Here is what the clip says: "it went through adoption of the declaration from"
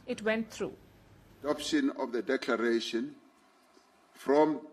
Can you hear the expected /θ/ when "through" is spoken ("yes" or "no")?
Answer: no